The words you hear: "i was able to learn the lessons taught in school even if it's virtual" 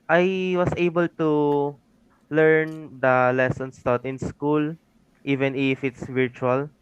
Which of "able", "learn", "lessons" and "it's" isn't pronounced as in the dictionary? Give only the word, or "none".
lessons